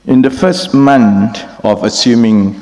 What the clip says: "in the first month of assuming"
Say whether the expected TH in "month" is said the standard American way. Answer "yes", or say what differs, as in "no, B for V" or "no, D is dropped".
no, T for TH